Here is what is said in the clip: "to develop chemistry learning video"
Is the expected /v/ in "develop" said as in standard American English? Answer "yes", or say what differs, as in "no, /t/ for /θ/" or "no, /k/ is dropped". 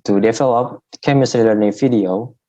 no, /f/ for /v/